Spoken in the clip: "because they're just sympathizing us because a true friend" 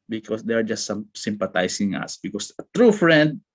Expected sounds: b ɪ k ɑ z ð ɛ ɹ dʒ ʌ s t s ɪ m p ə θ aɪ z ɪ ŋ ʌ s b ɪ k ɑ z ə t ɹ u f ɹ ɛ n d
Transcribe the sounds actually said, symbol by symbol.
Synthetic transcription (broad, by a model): b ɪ k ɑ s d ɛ ɹ dʒ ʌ s t s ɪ m p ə t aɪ s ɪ ŋ ʌ s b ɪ k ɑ s ə t ɹ u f ɹ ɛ n d